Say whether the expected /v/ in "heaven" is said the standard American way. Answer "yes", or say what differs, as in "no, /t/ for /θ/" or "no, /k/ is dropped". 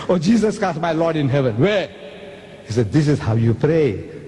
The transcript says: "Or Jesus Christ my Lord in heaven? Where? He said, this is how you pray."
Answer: yes